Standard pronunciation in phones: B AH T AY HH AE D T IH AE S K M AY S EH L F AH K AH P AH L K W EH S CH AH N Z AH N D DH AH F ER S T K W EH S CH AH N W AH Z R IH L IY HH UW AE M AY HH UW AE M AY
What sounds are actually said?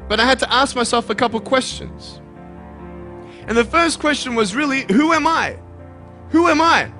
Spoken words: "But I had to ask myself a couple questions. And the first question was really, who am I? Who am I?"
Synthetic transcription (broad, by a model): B AH T AY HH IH D T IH AE S K M AY S EH L F AH K AH P L K W EH S CH AH N Z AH N DH AH F ER S K W EH S CH AH N W AH Z R IH L IY HH UW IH M AY HH UW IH M AY